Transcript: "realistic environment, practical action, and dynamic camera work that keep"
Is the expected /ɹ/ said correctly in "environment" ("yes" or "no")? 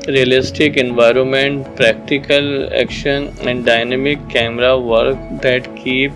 yes